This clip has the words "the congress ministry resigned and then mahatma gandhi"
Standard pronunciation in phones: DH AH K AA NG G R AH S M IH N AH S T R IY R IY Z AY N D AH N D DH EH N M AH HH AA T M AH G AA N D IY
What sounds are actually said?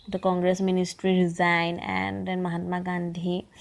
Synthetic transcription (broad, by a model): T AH K AA NG G R AH S M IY N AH S T R IY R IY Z AY N AH N D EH N M AH HH AA T M AH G AA N D IY